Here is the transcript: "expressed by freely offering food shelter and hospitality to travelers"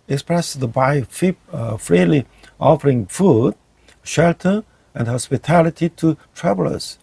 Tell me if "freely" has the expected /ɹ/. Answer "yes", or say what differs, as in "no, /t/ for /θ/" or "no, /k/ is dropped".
yes